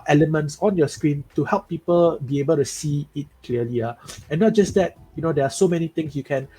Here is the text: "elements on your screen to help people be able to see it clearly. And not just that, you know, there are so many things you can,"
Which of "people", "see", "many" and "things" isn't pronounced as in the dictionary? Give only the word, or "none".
things